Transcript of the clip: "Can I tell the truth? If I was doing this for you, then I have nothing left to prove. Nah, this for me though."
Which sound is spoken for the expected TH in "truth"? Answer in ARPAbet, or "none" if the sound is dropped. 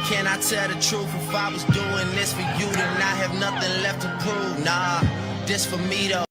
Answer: F